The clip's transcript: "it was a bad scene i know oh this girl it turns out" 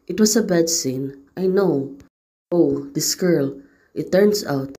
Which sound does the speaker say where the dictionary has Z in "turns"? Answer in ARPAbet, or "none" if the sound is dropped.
S